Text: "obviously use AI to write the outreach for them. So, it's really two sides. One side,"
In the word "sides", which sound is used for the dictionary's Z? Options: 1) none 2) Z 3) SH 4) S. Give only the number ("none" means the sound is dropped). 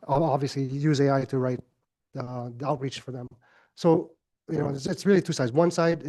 2